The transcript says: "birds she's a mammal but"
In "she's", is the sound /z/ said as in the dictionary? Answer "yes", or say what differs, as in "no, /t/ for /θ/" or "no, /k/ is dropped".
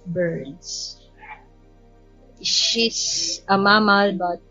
no, /s/ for /z/